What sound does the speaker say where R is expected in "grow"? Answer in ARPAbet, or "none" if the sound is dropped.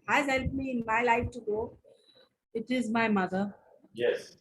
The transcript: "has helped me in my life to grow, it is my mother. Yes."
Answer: none